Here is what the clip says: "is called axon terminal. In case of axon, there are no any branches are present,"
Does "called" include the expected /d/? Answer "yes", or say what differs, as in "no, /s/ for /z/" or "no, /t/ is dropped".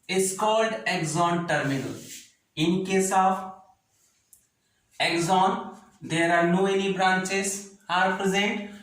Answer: yes